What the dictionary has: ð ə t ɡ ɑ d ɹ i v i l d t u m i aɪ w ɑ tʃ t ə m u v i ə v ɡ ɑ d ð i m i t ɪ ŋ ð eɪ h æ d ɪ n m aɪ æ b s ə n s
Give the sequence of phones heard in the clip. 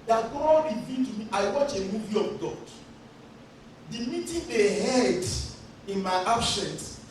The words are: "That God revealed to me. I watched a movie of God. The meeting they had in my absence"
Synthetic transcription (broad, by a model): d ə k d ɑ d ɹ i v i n t u m i aɪ w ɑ tʃ ə m u v i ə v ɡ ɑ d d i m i t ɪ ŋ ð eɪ h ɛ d ɪ n m aɪ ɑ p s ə n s